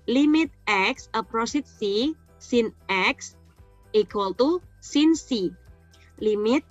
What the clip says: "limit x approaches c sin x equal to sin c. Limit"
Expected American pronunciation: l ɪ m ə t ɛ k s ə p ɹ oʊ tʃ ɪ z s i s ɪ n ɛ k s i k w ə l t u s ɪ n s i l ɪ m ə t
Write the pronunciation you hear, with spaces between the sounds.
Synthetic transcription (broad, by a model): l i m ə t ɛ k s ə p ɹ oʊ s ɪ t s i s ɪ n ɛ k s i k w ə l t u s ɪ n s i l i m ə t